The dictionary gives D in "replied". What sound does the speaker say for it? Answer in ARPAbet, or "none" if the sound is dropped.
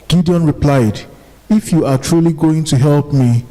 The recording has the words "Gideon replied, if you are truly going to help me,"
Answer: D